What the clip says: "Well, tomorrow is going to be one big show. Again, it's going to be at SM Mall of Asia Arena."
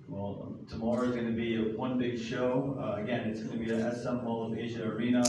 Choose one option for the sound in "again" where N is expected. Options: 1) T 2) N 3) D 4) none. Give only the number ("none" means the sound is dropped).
2